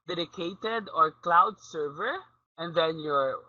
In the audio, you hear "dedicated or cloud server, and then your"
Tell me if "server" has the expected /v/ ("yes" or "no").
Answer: yes